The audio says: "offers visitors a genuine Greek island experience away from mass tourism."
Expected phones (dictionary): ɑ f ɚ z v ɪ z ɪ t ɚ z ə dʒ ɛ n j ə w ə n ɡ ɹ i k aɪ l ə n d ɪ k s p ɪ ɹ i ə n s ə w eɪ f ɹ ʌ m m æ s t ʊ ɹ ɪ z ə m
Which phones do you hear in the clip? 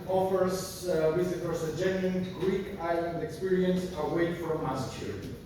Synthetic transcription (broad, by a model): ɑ f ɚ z w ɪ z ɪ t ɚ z ə dʒ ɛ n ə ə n ɡ ɹ i k aɪ l ə n d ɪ k s p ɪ ɹ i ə n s ə w eɪ f ɹ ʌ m m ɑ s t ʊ ɹ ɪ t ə